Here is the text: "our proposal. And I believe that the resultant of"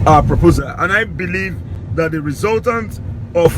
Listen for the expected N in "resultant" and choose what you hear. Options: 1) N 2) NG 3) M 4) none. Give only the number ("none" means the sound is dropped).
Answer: 1